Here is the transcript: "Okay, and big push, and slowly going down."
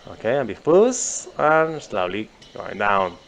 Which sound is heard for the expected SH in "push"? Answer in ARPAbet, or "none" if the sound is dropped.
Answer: S